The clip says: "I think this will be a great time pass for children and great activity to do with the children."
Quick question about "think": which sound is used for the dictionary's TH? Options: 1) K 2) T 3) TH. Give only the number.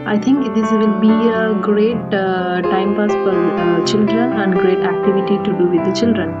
2